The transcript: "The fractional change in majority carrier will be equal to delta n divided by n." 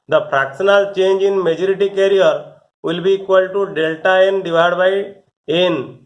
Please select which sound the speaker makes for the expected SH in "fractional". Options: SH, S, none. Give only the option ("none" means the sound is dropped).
S